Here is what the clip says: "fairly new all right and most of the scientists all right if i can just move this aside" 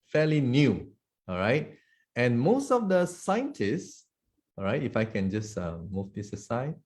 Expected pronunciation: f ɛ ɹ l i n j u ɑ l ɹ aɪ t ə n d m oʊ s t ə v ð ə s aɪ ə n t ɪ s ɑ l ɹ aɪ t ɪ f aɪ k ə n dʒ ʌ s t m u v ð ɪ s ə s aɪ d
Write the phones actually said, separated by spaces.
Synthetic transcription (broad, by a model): f ɛ l i n j u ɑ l ɹ aɪ t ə n m oʊ s t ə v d ə s aɪ ə n t ɪ s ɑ ɹ aɪ t ɪ f aɪ k ə n dʒ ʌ s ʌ m u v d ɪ s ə s aɪ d